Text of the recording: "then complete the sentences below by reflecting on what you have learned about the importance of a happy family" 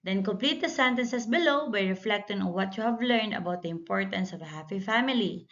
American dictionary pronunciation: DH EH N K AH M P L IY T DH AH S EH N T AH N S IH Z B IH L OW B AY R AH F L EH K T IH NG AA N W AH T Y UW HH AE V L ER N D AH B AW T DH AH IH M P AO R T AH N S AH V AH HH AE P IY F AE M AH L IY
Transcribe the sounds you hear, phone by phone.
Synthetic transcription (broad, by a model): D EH N K AH M P L IY T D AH S EH N T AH N S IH S B IH L OW B AY R AH F L EH K T IH NG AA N W AH T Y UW HH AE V L ER N D AH B AW T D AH IH M P AO R T AH N S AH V AH HH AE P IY F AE M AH L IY